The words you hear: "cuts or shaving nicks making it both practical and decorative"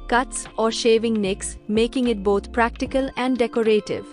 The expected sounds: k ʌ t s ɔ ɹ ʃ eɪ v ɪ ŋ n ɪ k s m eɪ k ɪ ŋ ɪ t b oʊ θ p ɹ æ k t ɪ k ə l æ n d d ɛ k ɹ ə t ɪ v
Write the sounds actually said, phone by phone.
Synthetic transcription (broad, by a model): k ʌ t s ɔ ɹ ʃ eɪ v ɪ ŋ n ɪ k s m eɪ k ɪ ŋ ɪ t b oʊ t p ɹ æ k t ɪ k ə l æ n d d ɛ k ɹ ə t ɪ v